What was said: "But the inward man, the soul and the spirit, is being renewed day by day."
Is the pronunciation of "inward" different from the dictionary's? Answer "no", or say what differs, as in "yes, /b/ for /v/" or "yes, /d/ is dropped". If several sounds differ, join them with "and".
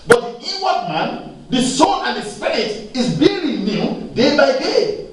yes, /n/ is dropped